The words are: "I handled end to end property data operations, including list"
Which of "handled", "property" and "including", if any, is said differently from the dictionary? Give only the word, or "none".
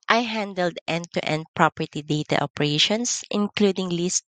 none